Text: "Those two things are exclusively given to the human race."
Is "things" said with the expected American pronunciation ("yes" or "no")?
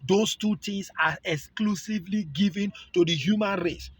no